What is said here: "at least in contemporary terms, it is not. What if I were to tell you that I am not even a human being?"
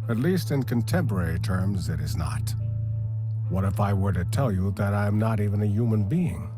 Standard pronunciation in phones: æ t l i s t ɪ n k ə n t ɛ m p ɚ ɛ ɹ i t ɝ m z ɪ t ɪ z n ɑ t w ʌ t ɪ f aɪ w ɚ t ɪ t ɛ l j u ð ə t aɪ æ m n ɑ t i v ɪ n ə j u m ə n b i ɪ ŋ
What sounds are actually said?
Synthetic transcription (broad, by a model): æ t l i s t ɪ n k ə n t ɛ m p ɚ ɛ ɹ i t ɝ m z ɪ t ɪ z n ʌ t w ʌ t ɪ f aɪ w ɚ t ɪ t ɛ l j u ð ə t aɪ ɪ m n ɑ t i v ɪ n ə j u m ə n b i ɪ ŋ